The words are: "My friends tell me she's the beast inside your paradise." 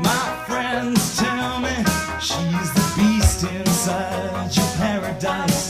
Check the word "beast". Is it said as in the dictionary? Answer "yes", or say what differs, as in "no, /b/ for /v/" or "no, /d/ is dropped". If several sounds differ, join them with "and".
yes